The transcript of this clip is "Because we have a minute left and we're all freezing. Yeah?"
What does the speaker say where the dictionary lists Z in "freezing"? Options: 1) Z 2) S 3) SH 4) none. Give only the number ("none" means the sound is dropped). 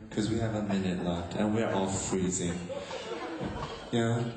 1